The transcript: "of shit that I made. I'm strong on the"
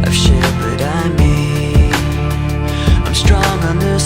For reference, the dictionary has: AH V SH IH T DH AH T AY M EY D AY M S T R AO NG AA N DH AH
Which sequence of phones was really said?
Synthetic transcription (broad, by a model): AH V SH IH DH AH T AY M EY AY M S T R AO NG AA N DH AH